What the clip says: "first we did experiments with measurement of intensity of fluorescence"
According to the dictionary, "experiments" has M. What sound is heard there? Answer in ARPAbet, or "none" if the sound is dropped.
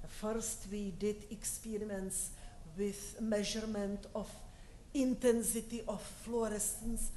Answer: none